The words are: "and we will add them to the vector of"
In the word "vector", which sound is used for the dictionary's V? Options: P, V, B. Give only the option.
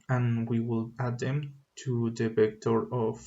P